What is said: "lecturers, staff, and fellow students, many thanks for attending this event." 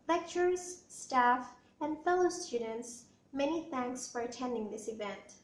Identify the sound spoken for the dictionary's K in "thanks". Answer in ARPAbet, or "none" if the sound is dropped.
K